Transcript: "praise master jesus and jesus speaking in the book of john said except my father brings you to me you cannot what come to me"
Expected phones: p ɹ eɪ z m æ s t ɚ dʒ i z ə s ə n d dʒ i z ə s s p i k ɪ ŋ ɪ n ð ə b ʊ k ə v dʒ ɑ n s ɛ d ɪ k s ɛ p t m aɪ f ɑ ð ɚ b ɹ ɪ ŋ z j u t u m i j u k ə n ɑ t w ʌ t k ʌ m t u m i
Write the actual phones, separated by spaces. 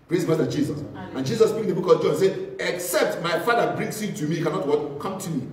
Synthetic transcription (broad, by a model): p ɹ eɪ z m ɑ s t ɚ dʒ i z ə s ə n dʒ i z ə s s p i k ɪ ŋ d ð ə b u k ə v dʒ ɑ n s ɛ ɪ k s ɛ p t m aɪ f ɑ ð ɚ b ɹ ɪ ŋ s j u t u m i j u k ə n ɑ t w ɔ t k ʌ m t u m i